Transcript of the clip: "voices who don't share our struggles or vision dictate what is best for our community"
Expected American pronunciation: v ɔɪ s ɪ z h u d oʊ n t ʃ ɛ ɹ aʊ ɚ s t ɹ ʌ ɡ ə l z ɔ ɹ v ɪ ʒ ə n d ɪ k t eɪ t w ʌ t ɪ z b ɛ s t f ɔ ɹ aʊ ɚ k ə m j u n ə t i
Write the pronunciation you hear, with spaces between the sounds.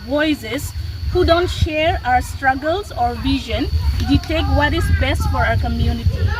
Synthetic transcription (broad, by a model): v ɔɪ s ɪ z h u d oʊ n t ʃ ɛ ɹ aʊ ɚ s t ɹ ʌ ɡ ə l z ɔ ɹ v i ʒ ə n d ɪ t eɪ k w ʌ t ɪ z b ɛ s t f ɔ ɹ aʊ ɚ k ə m j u n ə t i